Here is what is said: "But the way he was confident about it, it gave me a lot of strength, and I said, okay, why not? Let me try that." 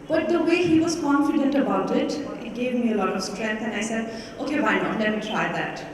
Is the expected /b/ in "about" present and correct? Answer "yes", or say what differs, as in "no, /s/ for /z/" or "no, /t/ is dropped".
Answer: yes